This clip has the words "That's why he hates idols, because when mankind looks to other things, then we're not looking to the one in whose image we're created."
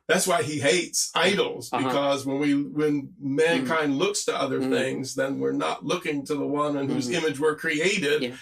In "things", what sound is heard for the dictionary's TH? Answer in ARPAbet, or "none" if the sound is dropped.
TH